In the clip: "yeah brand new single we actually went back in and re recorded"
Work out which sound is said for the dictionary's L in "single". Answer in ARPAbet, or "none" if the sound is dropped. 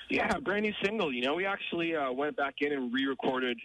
N